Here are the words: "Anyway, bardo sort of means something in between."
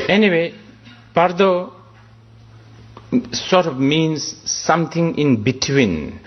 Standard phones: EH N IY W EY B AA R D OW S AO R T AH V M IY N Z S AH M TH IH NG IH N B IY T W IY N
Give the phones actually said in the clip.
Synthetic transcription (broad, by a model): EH N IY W EY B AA R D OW S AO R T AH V M IY N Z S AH M T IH NG IH N B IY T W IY N